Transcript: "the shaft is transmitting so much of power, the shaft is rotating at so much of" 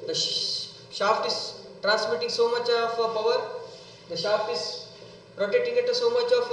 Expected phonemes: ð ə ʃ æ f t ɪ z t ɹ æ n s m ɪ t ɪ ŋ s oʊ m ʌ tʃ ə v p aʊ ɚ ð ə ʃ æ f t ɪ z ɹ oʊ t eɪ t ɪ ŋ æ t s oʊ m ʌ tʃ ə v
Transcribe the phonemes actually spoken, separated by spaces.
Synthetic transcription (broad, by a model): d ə ʃ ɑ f t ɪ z t ɹ æ n s m ɪ t ɪ ŋ s oʊ m ʌ tʃ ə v p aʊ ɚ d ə ʃ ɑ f t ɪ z ɹ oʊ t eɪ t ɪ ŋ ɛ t s oʊ m ʌ tʃ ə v